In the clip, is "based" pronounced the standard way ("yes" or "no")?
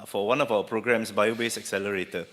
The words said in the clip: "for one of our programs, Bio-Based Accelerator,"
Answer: no